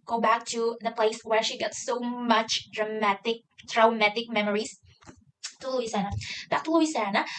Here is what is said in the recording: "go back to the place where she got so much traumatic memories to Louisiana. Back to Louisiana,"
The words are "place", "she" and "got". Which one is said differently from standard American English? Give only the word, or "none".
none